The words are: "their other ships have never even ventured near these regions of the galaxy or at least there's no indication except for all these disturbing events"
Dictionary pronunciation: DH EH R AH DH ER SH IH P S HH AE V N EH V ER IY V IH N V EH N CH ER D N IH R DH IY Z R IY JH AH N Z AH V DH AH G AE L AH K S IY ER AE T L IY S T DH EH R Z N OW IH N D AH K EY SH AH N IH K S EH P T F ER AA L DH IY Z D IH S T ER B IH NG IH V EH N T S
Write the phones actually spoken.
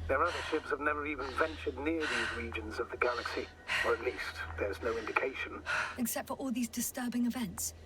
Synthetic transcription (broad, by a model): DH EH R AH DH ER SH IH P S HH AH V N EH V ER IY V IH N V EH N CH ER D N IH R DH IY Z R IY JH AH N Z AH V DH AH G AE L AH K S IY ER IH T L IY S T DH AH R Z N OW IH N D AH K EY SH AH N IH K S EH P T F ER AA L DH IY Z D IH S T ER B IH NG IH V EH N T S